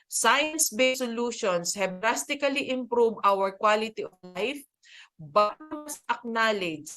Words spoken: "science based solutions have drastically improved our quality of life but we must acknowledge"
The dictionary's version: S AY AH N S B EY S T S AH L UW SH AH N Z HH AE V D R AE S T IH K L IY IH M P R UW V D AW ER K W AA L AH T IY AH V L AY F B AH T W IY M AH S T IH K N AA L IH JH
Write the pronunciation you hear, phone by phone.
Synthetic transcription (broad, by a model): S AY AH N S B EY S S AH L UW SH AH N S HH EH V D R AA S T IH K L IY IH M P R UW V AW ER K W AA L AH T IY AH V L AY F B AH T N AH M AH S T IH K N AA L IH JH